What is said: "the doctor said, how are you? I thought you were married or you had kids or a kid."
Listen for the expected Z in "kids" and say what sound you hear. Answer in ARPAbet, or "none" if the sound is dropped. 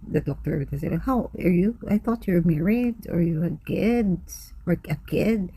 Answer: S